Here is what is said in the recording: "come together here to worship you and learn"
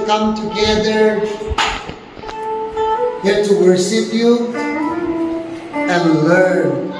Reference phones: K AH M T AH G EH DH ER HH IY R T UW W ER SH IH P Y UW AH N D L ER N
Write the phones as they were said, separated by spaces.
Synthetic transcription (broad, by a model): K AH M T AH G EH DH ER HH IY R T UW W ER S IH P Y UW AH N L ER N